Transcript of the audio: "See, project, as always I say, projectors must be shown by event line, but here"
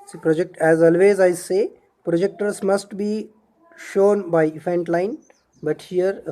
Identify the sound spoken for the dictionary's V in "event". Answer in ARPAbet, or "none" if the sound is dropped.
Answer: F